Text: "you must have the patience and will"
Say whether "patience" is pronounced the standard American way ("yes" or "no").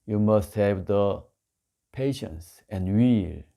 yes